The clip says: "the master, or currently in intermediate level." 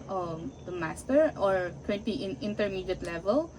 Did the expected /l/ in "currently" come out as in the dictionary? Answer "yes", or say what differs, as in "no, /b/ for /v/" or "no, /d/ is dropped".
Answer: no, /l/ is dropped